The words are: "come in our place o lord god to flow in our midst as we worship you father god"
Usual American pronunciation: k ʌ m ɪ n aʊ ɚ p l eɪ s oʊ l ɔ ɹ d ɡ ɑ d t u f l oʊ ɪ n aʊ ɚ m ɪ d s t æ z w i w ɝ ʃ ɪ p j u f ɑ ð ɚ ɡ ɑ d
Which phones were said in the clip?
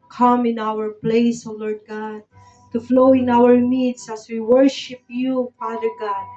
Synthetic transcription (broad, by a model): k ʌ m ɪ n aʊ ɚ p l eɪ s oʊ l ɔ ɹ d ɡ ɑ d t u f l oʊ ɪ n aʊ ɚ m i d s æ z w i w ɝ ʃ ɪ p j u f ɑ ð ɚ ɡ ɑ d